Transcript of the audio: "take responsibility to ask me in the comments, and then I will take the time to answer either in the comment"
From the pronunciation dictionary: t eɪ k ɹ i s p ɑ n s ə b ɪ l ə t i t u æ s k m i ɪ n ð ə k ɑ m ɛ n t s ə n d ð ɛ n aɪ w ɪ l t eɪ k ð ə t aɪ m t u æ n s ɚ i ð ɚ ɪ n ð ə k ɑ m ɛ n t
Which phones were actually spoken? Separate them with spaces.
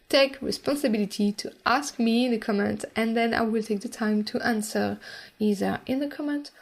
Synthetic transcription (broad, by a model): t eɪ k ɹ i s p ɑ n s ə b ɪ l ə t i t u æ s k m i ɪ n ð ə k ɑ m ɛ n t ə n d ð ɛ n aɪ w ɪ l t eɪ k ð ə t aɪ m t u æ n s ɚ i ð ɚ ɪ n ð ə k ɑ m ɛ n t